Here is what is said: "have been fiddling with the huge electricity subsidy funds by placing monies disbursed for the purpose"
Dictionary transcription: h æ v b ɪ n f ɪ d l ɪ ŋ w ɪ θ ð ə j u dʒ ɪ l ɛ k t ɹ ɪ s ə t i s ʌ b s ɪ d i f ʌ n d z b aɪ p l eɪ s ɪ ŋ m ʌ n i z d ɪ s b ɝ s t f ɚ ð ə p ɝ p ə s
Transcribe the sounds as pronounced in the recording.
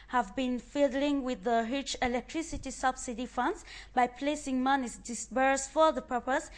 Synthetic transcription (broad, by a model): h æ v b ɪ n f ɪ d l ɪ ŋ w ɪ ð ə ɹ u tʃ ɪ l ɛ k t ɹ ɪ s ə t i s ʌ b s ɪ d i f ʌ n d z b aɪ p l eɪ s ɪ ŋ m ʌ n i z d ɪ s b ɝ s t f ɚ ð ə p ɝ p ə s